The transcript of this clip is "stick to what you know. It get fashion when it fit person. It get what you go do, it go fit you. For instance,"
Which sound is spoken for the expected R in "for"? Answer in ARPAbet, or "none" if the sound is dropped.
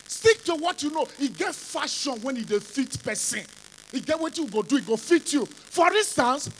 R